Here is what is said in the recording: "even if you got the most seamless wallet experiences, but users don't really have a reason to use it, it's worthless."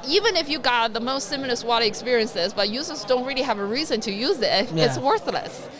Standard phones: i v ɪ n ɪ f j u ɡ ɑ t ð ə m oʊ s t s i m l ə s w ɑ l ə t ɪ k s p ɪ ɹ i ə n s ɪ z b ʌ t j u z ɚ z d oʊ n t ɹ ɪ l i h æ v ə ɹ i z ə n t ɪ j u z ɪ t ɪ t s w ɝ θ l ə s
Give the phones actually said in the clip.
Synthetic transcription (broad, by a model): i v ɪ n ɪ f j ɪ ɡ ɑ t ð ə m oʊ s t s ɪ m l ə s w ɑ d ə ɪ k s p ɪ ɹ i ə n s ɪ z b ʌ t j u z ɚ z d oʊ n t ɹ ɪ l i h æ v ə ɹ i z ə n t ɪ j u z ɪ t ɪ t s w ɝ θ l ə s